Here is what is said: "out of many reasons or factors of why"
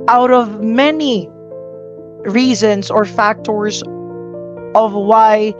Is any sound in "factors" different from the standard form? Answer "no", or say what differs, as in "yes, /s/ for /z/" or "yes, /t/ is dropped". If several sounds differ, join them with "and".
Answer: no